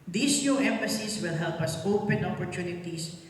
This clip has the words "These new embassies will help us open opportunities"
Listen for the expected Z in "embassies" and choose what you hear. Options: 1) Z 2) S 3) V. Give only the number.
2